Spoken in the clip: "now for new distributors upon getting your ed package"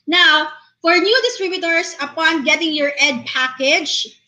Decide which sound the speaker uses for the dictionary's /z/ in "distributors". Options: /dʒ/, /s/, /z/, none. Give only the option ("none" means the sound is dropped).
/s/